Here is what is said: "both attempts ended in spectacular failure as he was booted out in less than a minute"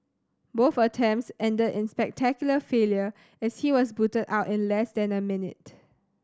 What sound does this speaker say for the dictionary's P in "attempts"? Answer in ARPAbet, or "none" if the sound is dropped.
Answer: none